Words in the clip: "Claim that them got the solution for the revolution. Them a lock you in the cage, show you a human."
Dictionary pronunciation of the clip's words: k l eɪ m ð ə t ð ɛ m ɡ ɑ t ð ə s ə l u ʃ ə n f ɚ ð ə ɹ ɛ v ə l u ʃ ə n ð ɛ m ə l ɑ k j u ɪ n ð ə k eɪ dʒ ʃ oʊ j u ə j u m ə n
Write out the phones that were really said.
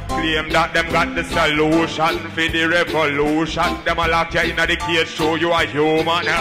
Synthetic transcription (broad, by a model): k l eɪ m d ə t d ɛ m ɡ ɑ t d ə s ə l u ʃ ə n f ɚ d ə ɹ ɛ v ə l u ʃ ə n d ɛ m ə l ɑ k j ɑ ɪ n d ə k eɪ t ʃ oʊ j u ə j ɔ m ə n